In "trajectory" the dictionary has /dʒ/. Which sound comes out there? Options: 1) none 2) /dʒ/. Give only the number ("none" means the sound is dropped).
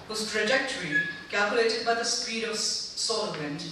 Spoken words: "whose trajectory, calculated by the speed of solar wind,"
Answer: 2